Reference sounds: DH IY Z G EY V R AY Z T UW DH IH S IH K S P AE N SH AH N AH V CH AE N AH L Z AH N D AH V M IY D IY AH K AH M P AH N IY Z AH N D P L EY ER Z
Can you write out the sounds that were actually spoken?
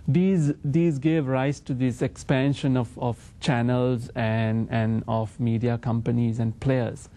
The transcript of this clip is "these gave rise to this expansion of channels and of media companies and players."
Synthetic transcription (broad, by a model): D IY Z G EY V R AY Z T UW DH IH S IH K S P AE N SH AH N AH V CH AE N AH L Z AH N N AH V M IY D IY AH K AH M P AH N IY Z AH N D P L EY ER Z